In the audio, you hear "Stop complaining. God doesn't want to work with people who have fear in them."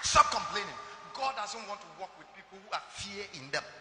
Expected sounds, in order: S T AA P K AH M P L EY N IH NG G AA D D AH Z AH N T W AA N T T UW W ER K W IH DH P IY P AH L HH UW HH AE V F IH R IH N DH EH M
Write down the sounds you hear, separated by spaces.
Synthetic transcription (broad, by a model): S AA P K AH M P L EY N IH NG G AA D D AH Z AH N T W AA N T T UW W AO K W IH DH P IY P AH L HH UW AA F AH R IH N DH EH M